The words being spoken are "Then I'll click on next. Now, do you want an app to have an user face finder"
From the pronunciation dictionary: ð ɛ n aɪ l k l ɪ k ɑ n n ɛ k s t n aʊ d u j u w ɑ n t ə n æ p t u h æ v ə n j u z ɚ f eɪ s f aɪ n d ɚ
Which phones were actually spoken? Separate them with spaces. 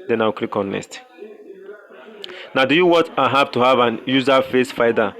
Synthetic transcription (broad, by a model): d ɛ n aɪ w k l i k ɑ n n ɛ s t n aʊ d u j u w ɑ t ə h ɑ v t u h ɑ v ə n j u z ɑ f eɪ s f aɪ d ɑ